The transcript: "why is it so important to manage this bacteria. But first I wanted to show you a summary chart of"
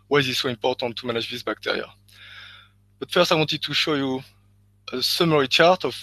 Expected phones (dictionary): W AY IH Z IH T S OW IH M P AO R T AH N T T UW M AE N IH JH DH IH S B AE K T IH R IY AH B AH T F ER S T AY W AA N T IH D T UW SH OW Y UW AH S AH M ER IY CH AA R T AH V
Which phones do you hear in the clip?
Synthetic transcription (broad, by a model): W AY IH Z IH T S OW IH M P AO R T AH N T T UW M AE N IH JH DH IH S B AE K T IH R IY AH B AH T F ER S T AY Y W T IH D T UW SH OW Y UW AH S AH M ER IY CH AA R T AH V